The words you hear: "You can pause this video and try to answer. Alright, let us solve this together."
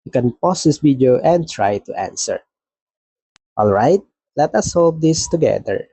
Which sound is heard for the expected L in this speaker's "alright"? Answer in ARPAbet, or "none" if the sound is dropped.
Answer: L